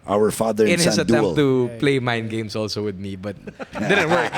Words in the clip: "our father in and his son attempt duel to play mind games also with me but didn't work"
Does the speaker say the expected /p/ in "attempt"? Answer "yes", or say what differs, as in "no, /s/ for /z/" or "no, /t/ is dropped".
no, /p/ is dropped